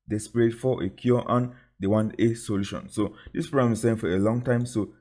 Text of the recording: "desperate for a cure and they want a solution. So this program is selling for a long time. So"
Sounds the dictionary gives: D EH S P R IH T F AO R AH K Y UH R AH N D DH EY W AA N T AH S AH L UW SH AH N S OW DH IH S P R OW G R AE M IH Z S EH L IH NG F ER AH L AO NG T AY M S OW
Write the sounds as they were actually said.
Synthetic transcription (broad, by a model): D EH S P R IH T F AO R AH K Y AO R AH N D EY W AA N AH S AH L UW SH AH N S OW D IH S P R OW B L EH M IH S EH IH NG F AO AH L AO NG T AY M S OW